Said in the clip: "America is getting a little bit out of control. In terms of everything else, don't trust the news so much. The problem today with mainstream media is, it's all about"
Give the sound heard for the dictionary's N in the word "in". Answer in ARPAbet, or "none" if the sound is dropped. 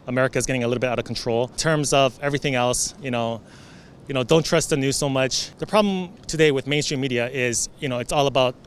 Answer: L